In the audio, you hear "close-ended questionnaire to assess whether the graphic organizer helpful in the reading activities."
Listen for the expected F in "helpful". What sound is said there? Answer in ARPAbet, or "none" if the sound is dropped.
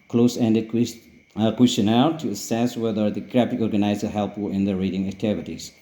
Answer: none